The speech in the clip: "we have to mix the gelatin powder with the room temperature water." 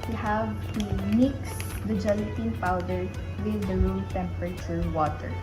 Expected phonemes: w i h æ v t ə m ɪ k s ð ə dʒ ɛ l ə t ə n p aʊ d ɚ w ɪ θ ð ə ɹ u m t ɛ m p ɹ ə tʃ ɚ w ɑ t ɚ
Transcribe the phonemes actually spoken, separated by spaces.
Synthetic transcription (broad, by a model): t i h æ v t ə m ɪ k s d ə dʒ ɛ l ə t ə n p aʊ d ɚ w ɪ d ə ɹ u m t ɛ m p ɹ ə s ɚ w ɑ t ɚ